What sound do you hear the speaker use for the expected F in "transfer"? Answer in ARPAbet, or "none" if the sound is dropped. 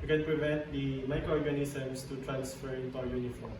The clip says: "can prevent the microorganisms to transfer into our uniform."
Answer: F